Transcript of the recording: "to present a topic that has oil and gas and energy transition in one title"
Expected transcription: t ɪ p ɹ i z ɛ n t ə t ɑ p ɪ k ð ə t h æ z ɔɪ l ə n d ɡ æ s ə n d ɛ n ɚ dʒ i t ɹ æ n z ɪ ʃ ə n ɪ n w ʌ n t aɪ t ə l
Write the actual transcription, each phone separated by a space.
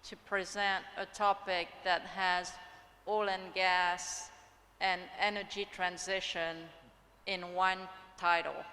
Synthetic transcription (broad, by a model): t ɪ p ɹ i z ɛ n t ə t ɑ p ɪ k ð ə t h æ z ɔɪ l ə n ɡ æ s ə n ɛ n ɚ dʒ i t ɹ æ n z ɪ ʃ ə n ɪ n w ʌ n t aɪ t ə l